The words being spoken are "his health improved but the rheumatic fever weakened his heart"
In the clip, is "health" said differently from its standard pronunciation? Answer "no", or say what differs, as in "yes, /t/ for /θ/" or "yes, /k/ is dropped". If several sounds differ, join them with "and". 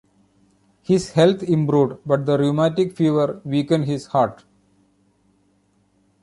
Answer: yes, /t/ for /θ/